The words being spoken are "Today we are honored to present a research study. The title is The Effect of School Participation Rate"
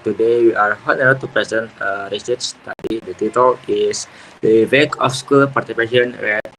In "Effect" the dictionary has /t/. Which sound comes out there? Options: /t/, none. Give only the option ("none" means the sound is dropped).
none